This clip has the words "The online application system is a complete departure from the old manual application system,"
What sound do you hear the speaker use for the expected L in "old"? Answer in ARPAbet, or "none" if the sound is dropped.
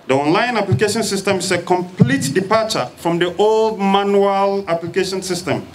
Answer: L